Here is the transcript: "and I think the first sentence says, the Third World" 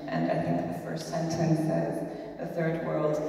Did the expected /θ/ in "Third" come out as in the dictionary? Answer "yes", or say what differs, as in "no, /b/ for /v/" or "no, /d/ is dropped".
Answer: yes